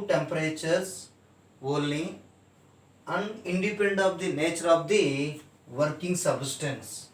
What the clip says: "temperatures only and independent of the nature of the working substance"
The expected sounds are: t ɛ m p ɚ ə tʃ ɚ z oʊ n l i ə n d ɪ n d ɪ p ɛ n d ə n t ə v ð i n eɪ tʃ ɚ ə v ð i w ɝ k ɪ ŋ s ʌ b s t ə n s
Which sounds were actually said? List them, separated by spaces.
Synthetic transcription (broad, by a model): t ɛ m p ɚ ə tʃ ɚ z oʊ l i ə n d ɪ n d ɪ p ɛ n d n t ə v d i n eɪ tʃ ɚ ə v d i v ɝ k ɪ ŋ s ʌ b s t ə n s